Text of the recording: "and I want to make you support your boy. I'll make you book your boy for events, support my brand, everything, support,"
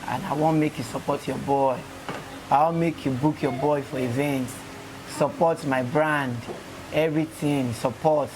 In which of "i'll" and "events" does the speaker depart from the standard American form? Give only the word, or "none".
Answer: i'll